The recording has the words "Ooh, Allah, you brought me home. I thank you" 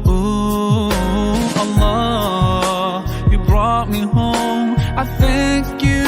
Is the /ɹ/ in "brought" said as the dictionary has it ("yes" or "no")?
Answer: yes